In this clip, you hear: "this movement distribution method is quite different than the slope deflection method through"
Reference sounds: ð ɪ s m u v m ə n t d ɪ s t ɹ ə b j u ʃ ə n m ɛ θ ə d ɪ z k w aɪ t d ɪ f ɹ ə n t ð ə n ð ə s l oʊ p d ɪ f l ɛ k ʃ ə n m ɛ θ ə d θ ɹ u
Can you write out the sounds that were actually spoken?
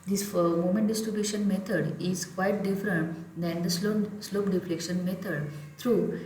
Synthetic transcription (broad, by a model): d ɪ s m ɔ m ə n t d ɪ s t ɹ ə b j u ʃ ə n m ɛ t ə d ɪ z k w aɪ t d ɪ f ɹ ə n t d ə n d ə s l oʊ p d ɪ f l ɛ k ʃ ə n m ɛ t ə d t ɹ u